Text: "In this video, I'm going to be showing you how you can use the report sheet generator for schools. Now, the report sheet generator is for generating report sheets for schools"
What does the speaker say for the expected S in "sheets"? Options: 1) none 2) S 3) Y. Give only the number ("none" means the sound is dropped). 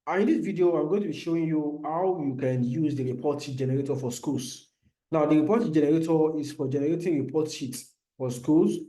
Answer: 1